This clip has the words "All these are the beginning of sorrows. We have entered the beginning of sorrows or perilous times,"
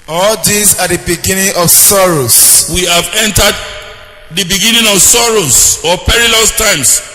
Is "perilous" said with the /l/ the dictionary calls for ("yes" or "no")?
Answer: yes